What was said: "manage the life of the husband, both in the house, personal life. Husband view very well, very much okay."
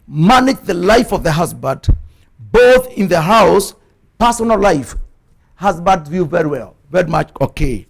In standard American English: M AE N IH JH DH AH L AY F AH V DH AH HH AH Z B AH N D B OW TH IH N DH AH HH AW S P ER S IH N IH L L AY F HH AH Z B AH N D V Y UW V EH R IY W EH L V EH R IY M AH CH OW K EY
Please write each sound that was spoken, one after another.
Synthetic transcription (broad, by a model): M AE N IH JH DH AH L AY F AH V DH AH HH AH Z B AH D B OW TH IH N DH AH HH AW S P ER S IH N L L AY F HH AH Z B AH D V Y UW V EH R IY W EH L V EH R IY M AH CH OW K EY